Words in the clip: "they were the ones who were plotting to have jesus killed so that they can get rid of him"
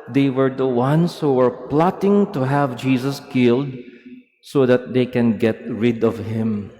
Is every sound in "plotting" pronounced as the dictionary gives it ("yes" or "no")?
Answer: yes